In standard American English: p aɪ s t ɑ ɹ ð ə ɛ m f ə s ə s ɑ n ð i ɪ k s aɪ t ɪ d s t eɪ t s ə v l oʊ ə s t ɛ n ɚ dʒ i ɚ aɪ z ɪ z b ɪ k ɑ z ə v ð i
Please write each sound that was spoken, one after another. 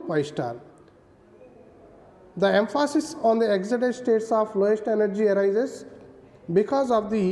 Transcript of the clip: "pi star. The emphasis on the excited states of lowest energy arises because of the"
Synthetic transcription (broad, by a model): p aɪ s t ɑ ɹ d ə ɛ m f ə s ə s ɑ n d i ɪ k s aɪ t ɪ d s t eɪ t s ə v l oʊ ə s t ɛ n ɚ dʒ i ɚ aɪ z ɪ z b ɪ k ɑ z ə v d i